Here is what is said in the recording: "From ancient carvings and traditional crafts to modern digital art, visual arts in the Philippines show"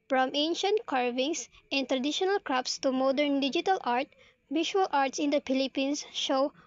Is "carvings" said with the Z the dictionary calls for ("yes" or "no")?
no